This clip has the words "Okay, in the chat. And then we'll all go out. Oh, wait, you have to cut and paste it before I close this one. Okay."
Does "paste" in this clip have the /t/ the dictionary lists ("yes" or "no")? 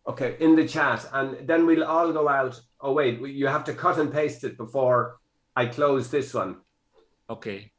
yes